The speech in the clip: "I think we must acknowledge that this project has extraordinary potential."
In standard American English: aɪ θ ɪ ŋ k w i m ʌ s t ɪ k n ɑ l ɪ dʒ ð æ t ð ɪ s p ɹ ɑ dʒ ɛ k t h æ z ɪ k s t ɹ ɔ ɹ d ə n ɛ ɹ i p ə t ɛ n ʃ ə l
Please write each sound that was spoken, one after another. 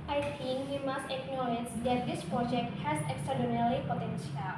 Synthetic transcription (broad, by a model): aɪ t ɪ ŋ k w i m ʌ s t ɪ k n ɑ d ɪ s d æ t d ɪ s p ɹ ɑ dʒ ɛ k t h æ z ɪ k s t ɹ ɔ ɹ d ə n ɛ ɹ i p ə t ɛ n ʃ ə l